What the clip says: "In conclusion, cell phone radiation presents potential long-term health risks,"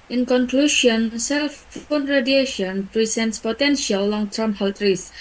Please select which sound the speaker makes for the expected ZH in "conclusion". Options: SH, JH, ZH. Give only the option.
SH